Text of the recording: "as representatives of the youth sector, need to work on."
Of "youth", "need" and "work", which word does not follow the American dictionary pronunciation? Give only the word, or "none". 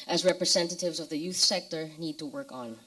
none